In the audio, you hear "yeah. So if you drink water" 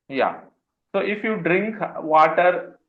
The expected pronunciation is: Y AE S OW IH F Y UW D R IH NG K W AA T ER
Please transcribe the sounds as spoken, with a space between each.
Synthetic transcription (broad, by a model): Y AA S OW IH F Y UW D R IH NG K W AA T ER